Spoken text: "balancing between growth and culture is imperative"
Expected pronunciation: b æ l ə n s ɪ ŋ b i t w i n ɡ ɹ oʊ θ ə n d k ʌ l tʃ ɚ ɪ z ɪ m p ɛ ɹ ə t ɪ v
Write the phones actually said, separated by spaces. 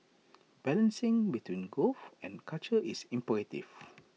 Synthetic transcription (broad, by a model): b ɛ l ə n s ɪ ŋ b i t w i n ɡ oʊ f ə n k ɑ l tʃ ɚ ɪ s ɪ m p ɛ ɹ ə t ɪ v